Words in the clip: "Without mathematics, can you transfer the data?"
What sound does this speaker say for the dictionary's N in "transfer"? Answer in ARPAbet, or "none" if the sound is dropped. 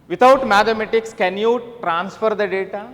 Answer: N